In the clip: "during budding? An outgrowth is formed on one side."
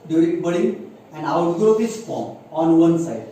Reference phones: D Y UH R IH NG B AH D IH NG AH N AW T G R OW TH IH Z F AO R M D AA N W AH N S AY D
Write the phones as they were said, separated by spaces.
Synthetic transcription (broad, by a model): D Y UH R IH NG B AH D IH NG AH N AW T G R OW F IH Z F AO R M AA N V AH N S AY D